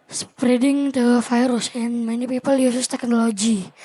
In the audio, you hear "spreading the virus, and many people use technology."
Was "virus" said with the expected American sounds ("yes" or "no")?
no